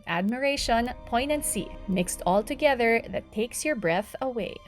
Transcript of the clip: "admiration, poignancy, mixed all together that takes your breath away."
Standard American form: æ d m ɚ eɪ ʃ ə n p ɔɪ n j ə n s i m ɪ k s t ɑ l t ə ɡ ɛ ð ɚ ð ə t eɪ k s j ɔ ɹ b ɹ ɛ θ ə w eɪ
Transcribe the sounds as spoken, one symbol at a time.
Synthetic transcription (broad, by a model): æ d m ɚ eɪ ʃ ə n p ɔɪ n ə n s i m ɪ k s t ɑ l t ə ɡ ɛ ð ɚ ð ə t eɪ k s j ɔ ɹ b ɹ ɛ θ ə w eɪ